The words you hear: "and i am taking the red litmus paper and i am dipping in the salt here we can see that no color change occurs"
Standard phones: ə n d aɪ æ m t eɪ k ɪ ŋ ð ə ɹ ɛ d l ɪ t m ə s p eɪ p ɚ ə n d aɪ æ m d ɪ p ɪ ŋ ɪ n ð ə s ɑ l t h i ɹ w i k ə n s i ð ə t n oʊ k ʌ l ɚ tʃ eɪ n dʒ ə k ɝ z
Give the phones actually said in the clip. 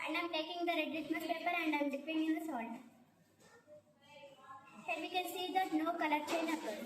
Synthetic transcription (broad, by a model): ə n d aɪ m t eɪ k ɪ ŋ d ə ɹ ɛ d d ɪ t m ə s p eɪ p ɚ ə n d aɪ m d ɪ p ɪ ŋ ɪ n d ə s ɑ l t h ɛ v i k ə n s i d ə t n oʊ k ʌ l ɚ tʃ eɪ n ə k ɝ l